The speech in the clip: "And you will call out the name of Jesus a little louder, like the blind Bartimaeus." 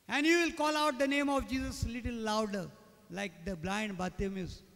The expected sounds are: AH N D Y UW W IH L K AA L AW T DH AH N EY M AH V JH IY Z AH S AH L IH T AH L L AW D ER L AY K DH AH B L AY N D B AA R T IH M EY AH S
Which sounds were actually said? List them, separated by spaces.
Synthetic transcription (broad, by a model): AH N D Y UW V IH L K AA L AW T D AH N EY M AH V JH IY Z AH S L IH T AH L L AW D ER L AY K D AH B L AY N D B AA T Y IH M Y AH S